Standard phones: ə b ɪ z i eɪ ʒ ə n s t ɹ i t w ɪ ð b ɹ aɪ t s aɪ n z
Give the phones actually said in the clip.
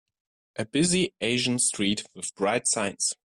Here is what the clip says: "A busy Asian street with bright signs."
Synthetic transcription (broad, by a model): ə b ɪ z i eɪ ʒ ə n s t ɹ i t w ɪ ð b ɹ aɪ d s aɪ n s